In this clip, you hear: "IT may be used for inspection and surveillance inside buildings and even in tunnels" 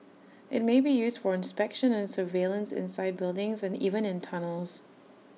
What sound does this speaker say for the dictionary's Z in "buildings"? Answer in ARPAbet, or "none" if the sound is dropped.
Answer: Z